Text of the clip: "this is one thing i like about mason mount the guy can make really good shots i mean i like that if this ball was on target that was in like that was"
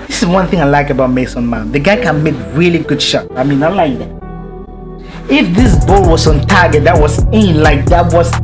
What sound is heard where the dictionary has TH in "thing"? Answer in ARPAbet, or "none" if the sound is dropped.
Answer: TH